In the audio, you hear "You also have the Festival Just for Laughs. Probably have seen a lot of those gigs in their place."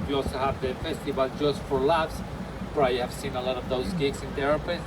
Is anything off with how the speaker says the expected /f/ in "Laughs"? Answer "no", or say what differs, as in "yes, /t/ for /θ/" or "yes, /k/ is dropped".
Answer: yes, /p/ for /f/